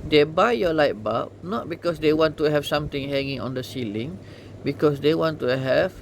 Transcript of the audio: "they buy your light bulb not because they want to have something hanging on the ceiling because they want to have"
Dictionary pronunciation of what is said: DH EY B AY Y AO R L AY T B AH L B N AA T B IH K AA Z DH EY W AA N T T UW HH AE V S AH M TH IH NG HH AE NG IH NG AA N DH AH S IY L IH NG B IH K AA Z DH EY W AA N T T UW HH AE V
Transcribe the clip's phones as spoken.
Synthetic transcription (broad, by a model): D EY B AY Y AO L AY T B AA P N AA T B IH K AA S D EY W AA N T T UW HH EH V S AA M T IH NG HH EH NG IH NG AA N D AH S IY L IH NG B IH K AA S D EY W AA N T T UW HH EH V